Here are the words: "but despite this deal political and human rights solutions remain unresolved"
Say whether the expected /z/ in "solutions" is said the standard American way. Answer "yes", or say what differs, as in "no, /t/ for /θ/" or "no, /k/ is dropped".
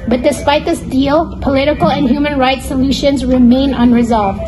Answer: yes